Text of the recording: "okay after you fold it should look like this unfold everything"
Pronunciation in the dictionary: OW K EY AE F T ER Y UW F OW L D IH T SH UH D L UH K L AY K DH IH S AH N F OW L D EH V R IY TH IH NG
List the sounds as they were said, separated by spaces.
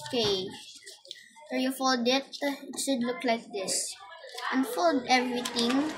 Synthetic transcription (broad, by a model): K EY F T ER Y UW F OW L D IH T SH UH D L UH K L AY K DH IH S AH N F OW L D EH V R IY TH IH NG